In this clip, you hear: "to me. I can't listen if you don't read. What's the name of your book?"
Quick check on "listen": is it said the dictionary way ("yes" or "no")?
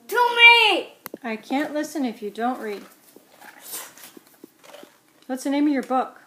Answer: yes